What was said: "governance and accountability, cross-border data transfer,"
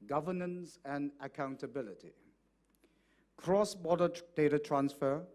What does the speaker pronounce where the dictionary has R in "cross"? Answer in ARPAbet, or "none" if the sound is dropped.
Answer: R